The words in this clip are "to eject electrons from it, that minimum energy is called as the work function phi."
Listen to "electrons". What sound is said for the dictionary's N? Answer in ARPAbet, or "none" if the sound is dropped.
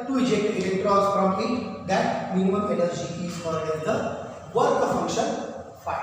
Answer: none